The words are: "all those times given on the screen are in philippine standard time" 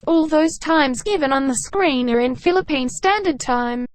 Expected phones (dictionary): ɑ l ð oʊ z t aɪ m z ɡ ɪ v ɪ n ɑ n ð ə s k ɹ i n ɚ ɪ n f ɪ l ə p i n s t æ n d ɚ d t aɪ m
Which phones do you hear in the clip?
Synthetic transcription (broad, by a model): ɑ l ð oʊ z t aɪ m z ɡ ɪ v ɪ n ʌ n ð ə s k ɹ i n ɚ ɪ n f ɪ l ə p i n s t æ n d ɚ d t aɪ m